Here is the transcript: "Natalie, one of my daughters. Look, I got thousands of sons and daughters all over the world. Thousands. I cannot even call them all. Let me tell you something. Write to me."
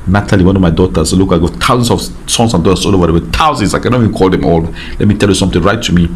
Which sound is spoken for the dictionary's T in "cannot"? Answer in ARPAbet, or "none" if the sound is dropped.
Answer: none